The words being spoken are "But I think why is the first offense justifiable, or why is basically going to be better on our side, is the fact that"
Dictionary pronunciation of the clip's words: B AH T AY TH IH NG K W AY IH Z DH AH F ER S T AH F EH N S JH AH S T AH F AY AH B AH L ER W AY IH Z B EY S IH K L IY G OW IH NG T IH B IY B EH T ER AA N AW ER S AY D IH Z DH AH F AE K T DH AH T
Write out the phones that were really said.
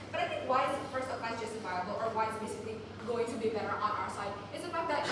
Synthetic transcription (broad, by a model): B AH T AY TH IH NG K W AY IH Z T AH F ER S AH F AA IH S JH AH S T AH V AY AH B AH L ER W AY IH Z B EY S IH K L IY G OW IH NG T IH B IY B EH T ER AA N AW ER S AY D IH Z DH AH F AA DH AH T